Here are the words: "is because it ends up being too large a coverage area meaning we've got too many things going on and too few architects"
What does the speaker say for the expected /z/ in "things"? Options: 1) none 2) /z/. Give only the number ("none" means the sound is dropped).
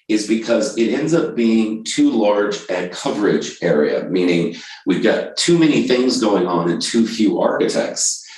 2